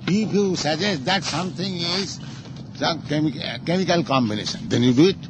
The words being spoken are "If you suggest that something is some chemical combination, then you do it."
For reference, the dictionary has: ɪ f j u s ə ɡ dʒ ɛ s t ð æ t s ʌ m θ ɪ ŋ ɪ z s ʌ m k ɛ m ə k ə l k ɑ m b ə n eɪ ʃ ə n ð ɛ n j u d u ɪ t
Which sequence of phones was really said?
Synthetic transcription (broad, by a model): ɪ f j u s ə dʒ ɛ s t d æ t s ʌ m t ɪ ŋ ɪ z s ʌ m k ɛ m ə k ə l k ɑ m b ə n eɪ ʃ ə n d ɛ n j u d u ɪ t